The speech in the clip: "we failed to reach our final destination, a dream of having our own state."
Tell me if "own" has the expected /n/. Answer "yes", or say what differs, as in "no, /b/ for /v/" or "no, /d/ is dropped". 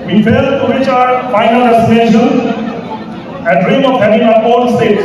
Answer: no, /l/ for /n/